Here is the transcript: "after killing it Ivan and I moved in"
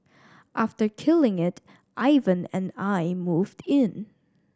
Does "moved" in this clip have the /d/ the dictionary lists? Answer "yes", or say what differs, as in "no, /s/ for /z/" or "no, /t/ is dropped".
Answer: yes